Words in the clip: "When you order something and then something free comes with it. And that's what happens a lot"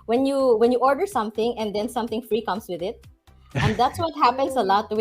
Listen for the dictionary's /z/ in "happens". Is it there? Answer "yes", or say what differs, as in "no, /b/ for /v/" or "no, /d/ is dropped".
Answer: no, /s/ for /z/